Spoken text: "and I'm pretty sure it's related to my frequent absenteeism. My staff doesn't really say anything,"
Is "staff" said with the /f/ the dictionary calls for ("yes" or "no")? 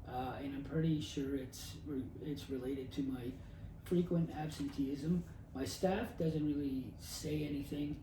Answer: yes